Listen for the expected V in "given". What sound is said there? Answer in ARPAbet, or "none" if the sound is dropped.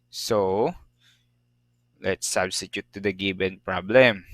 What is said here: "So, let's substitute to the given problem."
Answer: B